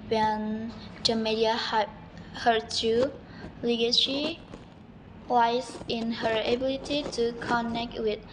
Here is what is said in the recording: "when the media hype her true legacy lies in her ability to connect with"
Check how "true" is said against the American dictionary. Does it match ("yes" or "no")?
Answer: no